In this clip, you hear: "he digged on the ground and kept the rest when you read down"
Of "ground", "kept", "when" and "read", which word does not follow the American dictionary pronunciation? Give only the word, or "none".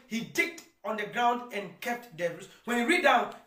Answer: none